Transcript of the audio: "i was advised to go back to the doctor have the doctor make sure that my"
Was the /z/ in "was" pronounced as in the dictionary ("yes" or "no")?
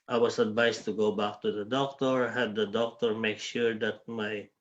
no